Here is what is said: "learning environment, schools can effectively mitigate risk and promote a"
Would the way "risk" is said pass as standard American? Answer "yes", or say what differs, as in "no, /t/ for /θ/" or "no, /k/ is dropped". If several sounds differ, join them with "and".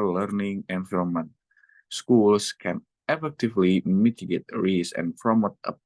no, /k/ is dropped